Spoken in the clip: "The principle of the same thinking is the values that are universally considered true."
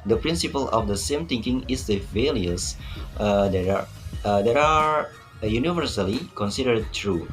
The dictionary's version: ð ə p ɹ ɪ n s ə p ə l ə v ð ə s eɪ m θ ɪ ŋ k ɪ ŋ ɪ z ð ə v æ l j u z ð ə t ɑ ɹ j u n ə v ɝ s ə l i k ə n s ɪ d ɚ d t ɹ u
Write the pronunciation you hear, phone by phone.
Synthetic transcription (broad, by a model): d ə p ɹ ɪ n s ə p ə l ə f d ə s eɪ m t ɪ ŋ k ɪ ŋ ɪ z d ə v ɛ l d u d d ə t ɑ ɹ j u n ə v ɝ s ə l i k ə n s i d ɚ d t ɹ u